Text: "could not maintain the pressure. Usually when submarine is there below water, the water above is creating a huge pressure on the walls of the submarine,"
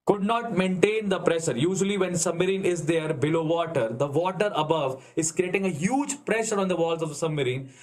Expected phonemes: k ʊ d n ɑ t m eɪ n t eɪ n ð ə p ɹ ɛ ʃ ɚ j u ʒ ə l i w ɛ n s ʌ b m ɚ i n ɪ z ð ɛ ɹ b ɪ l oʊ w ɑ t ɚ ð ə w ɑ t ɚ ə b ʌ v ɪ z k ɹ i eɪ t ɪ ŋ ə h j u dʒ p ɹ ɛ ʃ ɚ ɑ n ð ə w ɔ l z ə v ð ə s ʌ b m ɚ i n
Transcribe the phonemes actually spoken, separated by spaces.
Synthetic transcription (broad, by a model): k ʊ d n ɑ t m eɪ n t eɪ n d ə p ɹ ɛ ʃ ɚ j u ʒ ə l i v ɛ n s ʌ b m ɚ i n ɪ z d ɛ ɹ b ɪ l oʊ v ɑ t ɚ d ə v ɑ t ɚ ə b ʌ v ɪ z k ɹ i eɪ t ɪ ŋ ə h j u dʒ p ɹ ɛ ʃ ɚ ɑ n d ə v ɔ l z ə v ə s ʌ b m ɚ i n